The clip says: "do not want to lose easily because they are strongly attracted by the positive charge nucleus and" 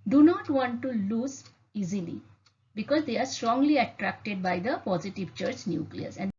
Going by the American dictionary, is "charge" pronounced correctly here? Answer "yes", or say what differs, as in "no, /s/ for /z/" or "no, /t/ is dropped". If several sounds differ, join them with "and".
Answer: no, /tʃ/ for /dʒ/